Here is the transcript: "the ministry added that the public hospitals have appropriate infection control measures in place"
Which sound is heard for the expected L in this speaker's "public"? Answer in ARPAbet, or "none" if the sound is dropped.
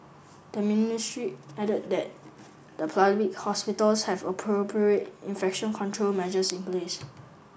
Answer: none